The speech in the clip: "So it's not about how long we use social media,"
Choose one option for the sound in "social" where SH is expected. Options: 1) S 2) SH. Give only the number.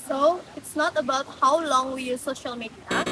2